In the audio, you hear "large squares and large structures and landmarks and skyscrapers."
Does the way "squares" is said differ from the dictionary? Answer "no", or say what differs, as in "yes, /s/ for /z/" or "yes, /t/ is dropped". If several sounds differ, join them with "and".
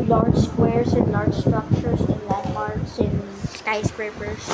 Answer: yes, /s/ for /z/